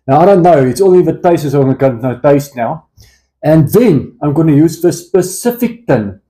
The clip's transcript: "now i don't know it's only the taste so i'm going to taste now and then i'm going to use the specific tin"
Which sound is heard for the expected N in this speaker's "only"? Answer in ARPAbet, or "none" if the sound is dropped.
none